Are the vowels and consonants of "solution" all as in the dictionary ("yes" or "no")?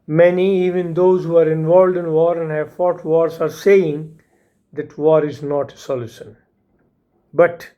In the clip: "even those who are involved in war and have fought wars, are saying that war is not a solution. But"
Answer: no